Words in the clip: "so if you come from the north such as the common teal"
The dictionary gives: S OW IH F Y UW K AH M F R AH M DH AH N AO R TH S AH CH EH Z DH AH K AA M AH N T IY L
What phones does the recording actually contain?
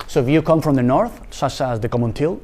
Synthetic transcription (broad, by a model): S OW IH F Y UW K AH M F R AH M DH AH N AO R TH S AH CH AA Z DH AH K AA M AH N T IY L